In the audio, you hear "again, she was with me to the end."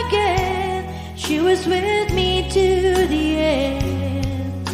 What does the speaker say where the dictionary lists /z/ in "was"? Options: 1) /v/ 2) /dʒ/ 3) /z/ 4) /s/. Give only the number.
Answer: 3